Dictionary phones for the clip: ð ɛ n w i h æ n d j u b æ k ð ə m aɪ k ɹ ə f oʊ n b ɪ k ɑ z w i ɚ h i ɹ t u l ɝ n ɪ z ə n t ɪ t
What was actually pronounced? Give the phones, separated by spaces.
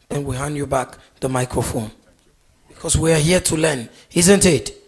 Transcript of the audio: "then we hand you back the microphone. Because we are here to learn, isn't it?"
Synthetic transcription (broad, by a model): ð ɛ n w i h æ n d j u b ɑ k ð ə m aɪ k ɹ ə f oʊ n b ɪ k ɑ s w i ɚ h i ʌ t u l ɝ n ɪ z ə n t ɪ t